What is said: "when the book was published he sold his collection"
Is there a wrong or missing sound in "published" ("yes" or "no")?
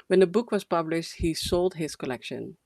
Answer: no